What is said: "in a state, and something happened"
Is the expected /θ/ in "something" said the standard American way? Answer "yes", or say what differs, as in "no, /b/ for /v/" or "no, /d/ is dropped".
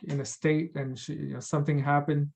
yes